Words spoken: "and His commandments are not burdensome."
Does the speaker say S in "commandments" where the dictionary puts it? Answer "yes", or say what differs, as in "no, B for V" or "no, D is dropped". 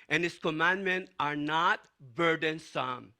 no, S is dropped